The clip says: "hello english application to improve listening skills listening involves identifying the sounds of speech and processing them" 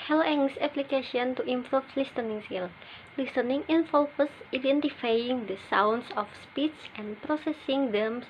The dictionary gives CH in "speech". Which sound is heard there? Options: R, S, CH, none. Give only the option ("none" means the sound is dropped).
S